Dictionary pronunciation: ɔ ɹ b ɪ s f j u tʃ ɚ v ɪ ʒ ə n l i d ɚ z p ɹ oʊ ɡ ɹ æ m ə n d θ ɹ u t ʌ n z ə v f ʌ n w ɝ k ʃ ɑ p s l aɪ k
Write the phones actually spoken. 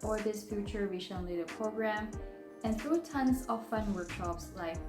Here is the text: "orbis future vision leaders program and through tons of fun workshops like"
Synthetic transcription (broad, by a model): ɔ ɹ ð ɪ s f j u tʃ ɚ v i ʃ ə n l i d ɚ p ɹ oʊ ɡ ɹ æ m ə n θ ɹ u t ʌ n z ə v f ʌ n w ɝ k ʃ ɑ p s l aɪ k